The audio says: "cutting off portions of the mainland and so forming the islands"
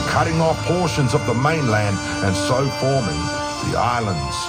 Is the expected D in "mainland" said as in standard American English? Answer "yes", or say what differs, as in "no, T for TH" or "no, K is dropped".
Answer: yes